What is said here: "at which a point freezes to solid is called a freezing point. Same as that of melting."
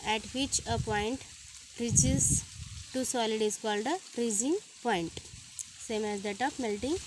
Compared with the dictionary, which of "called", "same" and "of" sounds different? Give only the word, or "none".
of